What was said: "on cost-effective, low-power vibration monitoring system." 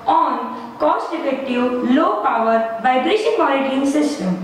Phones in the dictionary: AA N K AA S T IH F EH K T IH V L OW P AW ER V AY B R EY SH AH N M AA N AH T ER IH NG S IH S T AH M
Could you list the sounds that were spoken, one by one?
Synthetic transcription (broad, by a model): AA N K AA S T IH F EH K T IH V L OW P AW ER V AY B R EY SH AH N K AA L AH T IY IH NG S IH S T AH M